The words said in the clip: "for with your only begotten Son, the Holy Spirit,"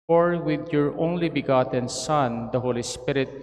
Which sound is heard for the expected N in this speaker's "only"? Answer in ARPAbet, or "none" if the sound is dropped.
N